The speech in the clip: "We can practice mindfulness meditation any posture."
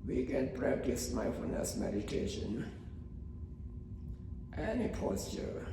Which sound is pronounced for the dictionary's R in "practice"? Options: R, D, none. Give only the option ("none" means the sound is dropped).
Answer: R